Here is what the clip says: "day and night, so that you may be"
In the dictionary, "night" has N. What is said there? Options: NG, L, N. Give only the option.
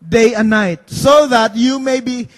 N